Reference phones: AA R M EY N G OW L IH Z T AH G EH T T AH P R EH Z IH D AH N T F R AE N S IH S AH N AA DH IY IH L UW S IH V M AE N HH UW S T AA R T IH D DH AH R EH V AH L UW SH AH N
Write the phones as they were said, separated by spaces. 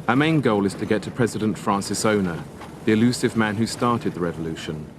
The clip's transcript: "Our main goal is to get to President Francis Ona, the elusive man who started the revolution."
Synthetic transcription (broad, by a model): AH M EY N G OW L IH Z T AH G EH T T AH P R EH Z IH D AH N T F R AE N S IH S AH N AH DH IY IH L UW S IH V M AE N HH UW S T AA T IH D DH AH R EH V AH L UW SH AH N